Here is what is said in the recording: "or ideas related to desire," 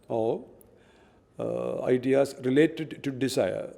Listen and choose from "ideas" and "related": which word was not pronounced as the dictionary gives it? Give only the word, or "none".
ideas